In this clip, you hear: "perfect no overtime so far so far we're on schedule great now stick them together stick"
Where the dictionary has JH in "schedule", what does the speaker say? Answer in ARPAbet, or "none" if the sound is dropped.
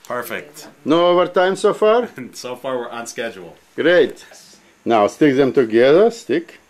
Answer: JH